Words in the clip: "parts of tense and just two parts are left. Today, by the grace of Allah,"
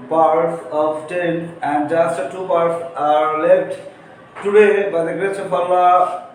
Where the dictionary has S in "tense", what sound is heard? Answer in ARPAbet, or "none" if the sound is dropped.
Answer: none